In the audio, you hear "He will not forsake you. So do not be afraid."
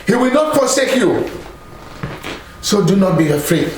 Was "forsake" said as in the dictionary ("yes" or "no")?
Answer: no